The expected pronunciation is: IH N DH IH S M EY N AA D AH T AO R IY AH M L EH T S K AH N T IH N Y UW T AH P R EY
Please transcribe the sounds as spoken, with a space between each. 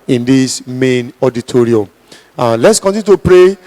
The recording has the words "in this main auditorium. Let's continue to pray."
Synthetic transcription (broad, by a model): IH N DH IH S M EY N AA D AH T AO R IY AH M L EH T S K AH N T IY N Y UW T AH P R EY